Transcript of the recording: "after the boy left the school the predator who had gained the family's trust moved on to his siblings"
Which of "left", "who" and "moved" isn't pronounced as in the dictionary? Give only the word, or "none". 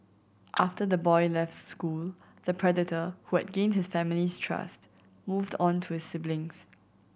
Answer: none